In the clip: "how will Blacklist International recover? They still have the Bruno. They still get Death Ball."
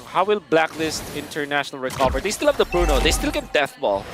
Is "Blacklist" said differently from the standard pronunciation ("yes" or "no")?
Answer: no